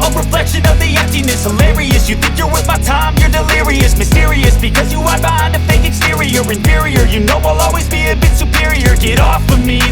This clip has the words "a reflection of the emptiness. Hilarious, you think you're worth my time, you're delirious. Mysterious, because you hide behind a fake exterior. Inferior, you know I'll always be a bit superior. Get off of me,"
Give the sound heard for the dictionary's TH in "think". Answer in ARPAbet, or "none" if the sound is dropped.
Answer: TH